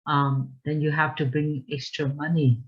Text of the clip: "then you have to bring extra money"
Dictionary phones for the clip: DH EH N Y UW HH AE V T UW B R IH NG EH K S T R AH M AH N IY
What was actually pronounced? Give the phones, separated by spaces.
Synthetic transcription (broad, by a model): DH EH N Y UW HH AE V T UW B R IH NG EH K S T R AH M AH N IY